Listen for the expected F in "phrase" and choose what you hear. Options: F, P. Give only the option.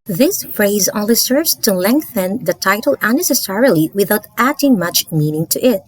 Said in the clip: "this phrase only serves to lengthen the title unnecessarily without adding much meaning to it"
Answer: F